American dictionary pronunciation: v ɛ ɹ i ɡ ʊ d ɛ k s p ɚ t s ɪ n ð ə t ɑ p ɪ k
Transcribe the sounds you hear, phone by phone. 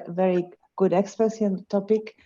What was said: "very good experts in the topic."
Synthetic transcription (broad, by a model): v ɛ ɹ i ɡ ʊ d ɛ k s p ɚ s ɪ n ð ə t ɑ p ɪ k